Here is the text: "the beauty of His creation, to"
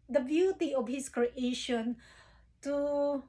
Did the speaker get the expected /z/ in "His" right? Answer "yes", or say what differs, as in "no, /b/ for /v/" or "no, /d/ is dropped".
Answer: no, /s/ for /z/